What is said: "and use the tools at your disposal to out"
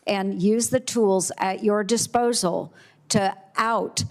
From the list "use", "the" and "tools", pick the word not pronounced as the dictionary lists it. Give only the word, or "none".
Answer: none